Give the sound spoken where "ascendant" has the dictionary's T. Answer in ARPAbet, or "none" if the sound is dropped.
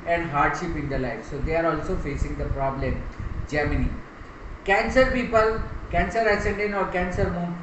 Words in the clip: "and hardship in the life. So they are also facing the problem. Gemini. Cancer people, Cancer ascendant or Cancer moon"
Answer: none